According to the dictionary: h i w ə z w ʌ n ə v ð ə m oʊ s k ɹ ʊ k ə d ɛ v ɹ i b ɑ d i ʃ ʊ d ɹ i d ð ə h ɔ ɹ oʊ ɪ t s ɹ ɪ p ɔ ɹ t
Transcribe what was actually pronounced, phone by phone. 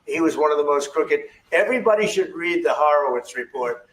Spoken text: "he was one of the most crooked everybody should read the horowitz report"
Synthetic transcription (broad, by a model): h i w ə z w ʌ n ə v ð ə m oʊ s k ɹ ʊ k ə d ɛ v ɹ i b ɑ d i ʃ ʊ d ɹ i d ð ə h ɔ ɹ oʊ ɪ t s ɹ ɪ p ɔ ɹ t